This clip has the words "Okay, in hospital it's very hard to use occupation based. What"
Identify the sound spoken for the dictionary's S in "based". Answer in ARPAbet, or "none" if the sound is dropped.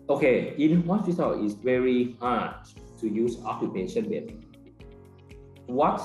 none